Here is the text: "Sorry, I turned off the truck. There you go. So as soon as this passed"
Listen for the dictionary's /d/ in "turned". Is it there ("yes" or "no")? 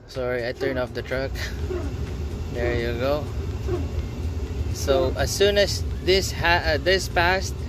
no